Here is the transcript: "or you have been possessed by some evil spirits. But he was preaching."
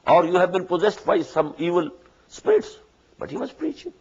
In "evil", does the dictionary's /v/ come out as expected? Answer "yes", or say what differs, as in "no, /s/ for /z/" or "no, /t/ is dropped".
yes